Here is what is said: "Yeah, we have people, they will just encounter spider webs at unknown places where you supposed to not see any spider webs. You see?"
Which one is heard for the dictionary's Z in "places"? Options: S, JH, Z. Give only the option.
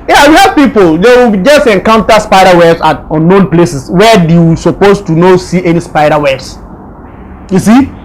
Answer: S